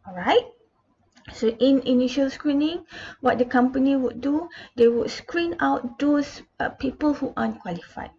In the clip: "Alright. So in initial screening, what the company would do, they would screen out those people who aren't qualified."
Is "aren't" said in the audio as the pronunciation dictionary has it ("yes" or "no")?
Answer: no